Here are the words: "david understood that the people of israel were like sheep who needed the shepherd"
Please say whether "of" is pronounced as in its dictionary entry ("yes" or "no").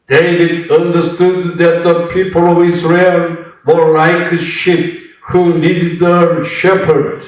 yes